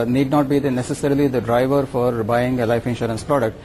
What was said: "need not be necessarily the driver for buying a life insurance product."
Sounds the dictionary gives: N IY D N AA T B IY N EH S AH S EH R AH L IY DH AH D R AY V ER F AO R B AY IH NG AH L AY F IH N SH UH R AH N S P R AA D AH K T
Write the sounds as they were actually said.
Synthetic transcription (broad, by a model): N IY D N AA T B IY N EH S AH S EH R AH L IY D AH D R AY V ER F AO R B AY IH NG AH L AY F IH N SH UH R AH N S P R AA D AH K T